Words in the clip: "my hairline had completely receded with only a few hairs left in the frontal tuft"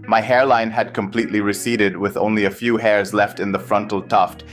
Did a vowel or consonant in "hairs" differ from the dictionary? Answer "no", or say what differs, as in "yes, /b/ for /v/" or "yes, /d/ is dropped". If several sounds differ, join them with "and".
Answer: no